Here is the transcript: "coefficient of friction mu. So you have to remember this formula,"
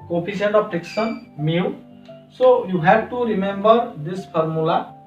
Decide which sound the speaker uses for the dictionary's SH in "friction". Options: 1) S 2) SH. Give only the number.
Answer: 1